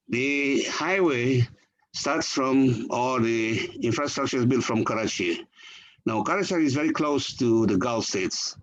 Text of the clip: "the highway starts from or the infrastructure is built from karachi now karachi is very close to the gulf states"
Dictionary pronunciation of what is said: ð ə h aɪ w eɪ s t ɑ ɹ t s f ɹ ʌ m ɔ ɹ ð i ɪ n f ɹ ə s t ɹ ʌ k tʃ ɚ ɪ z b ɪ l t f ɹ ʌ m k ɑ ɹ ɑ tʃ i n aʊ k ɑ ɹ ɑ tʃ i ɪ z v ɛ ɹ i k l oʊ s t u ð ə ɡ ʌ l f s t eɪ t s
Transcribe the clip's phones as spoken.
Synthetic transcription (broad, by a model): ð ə h aɪ w eɪ s t ɑ ɹ t s f ɹ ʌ m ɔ l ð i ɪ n f ɹ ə s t ɹ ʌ k tʃ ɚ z b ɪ l f ɹ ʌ m k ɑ ɹ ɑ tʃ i n aʊ k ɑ ɹ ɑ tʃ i ɪ z v ɛ ɹ i k l oʊ s t u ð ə ɡ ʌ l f s t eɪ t s